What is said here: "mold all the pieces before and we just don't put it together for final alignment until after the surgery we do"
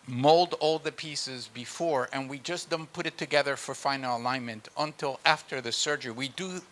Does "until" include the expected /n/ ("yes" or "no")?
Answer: yes